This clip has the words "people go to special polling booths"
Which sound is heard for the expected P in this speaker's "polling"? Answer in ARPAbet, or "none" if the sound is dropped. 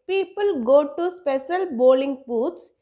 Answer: B